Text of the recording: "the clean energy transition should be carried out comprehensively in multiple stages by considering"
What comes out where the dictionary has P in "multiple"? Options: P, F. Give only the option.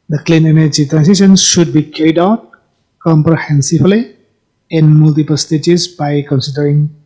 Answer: P